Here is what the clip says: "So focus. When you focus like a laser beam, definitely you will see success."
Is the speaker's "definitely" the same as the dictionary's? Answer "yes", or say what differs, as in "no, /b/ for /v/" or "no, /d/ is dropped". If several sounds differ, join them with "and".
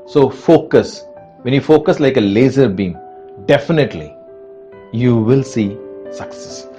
yes